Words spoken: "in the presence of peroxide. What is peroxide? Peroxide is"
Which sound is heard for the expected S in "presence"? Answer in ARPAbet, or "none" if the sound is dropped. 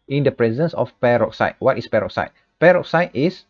S